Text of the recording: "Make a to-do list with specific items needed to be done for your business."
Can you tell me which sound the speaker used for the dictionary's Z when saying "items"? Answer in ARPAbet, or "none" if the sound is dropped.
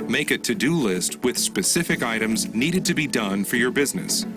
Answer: Z